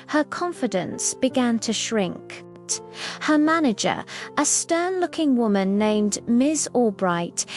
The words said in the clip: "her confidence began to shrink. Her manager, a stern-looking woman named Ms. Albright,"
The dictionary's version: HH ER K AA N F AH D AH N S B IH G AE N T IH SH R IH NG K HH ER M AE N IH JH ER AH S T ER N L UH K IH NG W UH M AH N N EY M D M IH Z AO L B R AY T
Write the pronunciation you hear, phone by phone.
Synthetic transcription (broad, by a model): HH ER K AA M F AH D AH N S B IH G AE N T IH SH R IH NG K HH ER M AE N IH JH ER AH S T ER N L UH K IH NG W UH M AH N N EY M D M IH Z AO B R AY T